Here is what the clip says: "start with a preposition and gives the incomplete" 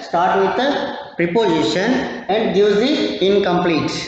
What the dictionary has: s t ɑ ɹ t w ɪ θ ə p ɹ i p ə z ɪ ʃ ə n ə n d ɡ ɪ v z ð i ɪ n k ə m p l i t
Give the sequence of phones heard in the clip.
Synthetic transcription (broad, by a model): s t ɑ ɹ t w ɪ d ə p ɹ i p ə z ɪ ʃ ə n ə n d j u z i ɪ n k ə m p l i t